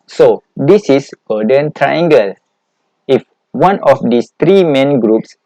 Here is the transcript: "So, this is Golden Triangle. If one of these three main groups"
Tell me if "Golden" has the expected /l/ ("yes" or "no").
no